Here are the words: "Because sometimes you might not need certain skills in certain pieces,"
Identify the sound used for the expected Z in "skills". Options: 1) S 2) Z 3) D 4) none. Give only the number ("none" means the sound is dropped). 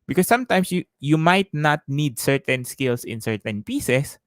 1